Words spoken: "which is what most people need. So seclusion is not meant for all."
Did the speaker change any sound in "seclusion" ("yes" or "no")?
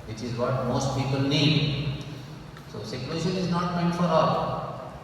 yes